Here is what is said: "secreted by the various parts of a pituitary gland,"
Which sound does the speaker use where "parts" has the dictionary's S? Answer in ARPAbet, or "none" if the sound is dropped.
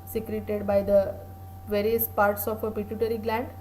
S